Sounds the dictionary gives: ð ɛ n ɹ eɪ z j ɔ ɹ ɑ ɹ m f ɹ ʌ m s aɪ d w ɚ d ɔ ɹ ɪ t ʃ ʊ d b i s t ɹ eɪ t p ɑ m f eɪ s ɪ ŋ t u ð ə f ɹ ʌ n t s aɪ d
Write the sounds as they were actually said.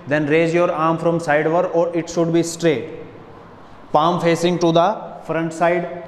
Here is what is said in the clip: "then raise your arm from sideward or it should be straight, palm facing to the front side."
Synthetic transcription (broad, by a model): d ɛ n ɹ eɪ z j ɔ ɹ ɑ ɹ m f ɹ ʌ m s aɪ d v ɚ d ɔ ɹ ɪ t ʃ ʊ d b i s t ɹ eɪ t p ɑ m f eɪ s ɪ ŋ t u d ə f ɹ ʌ n t s aɪ d